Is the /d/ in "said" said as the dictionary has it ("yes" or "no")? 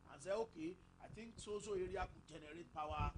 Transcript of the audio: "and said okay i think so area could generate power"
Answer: no